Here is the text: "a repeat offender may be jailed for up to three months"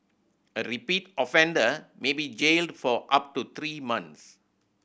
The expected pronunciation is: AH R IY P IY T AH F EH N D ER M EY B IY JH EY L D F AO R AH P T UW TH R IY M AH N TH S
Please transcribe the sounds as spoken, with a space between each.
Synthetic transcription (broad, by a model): AH R IY P IY T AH F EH N D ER M EY B IY JH EY L D F AO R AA P T UW T R IY M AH N S